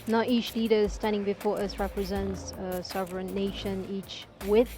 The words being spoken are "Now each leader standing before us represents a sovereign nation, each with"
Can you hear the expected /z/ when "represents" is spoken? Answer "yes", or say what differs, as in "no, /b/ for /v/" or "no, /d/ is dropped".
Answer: yes